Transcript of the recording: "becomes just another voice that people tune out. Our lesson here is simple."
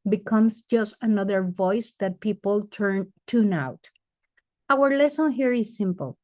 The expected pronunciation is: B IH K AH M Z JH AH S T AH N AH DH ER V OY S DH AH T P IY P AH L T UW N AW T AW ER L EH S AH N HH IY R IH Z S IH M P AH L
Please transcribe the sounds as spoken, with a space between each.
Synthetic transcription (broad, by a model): B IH K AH M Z JH AH S T AH N AH DH ER V OY S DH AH T P IY P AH N T UW N AW T AW ER L EH S AH N HH IY R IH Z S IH M P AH L